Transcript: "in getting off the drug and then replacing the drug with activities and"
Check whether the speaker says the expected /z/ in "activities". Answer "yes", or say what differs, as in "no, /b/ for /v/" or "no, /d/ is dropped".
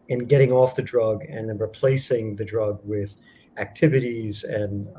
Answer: yes